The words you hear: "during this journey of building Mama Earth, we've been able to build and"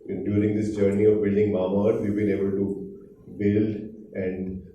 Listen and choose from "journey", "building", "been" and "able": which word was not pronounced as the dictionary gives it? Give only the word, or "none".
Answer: been